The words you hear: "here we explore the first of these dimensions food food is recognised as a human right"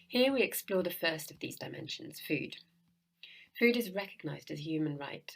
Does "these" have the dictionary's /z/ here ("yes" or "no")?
yes